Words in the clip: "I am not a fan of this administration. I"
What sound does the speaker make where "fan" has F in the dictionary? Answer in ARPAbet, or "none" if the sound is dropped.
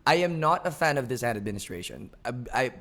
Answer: F